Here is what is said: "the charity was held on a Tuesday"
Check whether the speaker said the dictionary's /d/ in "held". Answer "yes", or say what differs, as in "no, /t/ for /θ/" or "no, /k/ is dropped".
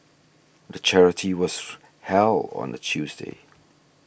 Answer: no, /d/ is dropped